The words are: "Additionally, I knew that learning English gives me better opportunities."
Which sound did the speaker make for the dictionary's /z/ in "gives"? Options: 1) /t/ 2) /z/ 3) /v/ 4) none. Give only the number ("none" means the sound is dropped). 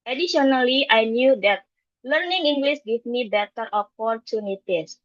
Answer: 4